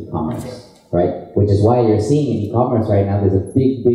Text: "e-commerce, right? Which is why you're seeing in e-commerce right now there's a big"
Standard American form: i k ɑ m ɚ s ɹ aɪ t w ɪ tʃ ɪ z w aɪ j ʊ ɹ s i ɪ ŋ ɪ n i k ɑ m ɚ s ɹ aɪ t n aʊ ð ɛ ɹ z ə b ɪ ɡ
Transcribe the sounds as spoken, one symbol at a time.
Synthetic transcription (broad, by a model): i k ɑ m ɚ s ɹ aɪ t w ɪ tʃ ɪ z w aɪ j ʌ ɹ s i ɪ ŋ ɪ n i k ɑ m ɚ s ɹ aɪ t n aʊ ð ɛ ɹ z ə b ɪ ɡ